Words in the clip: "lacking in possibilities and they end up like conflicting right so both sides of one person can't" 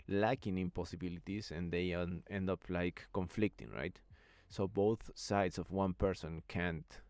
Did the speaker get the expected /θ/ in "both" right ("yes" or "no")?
yes